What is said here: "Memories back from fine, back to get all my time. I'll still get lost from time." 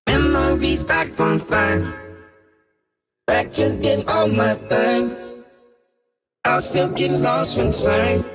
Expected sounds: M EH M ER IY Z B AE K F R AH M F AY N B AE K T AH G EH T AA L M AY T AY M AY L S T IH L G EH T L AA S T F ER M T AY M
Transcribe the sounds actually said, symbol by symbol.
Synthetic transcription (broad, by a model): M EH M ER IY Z B AE K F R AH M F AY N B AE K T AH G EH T AA L M AY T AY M AY L S T IH L G EH T L AA S T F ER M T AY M